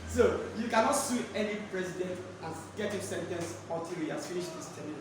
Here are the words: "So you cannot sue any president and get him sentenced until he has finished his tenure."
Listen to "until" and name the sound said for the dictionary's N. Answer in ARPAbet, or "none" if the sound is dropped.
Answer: none